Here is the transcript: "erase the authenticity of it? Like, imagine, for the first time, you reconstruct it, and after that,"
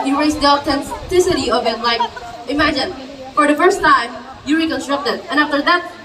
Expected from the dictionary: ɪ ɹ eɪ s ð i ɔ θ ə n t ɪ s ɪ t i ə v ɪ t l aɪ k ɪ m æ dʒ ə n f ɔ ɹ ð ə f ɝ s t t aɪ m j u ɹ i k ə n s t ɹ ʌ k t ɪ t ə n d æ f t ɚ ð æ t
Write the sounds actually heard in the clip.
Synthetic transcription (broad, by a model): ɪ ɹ eɪ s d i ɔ t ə n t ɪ s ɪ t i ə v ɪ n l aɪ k ɪ m æ dʒ ə n f ɔ ɹ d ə f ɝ s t t aɪ m j u ɹ i k ə n s t ɹ ʌ k t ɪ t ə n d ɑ f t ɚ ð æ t